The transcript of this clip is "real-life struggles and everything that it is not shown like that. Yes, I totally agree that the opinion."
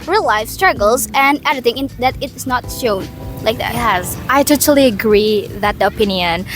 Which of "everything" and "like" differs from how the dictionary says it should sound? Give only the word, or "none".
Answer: everything